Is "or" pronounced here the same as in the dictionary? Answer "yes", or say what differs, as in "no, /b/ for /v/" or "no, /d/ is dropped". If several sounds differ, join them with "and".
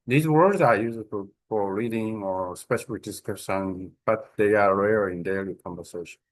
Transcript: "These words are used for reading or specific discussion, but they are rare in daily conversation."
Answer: yes